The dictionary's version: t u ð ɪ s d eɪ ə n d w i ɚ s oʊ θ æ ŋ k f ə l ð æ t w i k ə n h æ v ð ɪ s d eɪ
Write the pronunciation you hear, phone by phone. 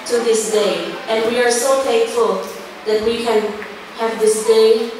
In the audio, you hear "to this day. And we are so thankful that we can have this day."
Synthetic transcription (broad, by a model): t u ð ɪ s d eɪ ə n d w i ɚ s oʊ f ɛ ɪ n f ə l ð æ t w i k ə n h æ v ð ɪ s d eɪ